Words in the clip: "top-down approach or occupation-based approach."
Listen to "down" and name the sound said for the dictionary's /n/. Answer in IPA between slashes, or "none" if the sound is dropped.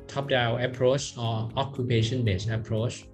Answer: none